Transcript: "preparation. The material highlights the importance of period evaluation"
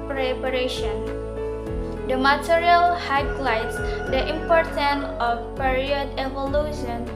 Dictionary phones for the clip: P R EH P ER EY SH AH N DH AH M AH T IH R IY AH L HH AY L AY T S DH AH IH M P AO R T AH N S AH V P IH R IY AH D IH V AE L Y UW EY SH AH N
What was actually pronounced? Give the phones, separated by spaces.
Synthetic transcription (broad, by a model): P R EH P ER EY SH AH N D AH M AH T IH R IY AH L HH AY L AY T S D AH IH M P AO R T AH N AH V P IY R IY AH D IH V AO L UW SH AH N